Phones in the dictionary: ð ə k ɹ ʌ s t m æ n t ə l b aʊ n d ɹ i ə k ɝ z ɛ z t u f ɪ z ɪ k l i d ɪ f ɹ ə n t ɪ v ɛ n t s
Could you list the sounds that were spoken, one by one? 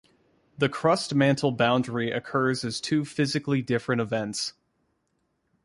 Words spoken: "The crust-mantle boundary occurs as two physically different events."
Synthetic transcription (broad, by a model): ð ə k ɹ ʌ s t m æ n t l b aʊ n d ɹ i ə k ɝ z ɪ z t u f ɪ z ɪ k l i d ɪ f ɹ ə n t ɪ v ɛ n t s